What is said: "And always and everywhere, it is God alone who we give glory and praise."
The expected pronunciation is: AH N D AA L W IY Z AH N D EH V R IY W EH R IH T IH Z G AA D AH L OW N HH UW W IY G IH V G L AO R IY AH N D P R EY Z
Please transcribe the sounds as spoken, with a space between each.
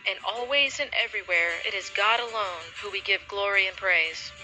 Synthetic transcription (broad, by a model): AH N AA L W IY Z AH N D EH V R IY W EH R IH T IH Z G AA D AH L OW N HH UW W IY G IH V G L AO R IY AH N P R EY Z